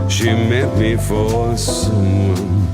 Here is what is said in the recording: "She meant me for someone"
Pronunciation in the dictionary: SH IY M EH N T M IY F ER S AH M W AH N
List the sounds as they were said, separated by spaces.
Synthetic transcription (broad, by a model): SH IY M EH T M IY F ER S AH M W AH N